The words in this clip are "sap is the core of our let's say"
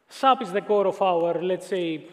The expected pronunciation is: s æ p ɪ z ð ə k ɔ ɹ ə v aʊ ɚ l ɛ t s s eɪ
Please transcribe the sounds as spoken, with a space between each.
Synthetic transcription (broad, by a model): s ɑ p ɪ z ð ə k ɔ ɹ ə f aʊ ɚ l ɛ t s s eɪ